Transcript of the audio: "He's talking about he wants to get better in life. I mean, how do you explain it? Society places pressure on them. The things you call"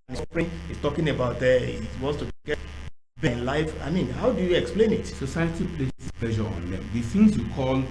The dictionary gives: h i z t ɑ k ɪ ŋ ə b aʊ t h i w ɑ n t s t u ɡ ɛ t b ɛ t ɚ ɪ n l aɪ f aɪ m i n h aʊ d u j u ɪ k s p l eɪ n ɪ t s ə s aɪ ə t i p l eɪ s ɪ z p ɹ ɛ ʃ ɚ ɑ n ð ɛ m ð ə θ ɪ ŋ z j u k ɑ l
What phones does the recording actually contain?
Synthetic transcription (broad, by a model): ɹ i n t ɑ k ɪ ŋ ə b aʊ t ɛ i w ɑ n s t u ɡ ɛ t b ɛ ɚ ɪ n l aɪ f aɪ m i n h aʊ d u j u ɪ k s p l eɪ n ɪ t s ə s aɪ ə t i p l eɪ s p l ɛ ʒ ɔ ɑ n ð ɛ m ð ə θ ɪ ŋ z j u k ɑ l